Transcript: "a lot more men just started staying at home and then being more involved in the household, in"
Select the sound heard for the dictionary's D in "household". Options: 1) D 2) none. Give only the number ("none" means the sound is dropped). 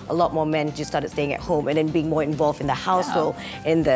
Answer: 2